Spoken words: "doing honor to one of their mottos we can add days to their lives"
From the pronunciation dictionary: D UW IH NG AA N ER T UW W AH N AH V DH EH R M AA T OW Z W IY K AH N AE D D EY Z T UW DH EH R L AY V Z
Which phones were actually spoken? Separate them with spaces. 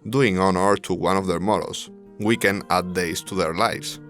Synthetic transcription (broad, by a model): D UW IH NG AA N ER T UW W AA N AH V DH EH R M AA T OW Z W IY K AH N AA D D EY S T UW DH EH R L AY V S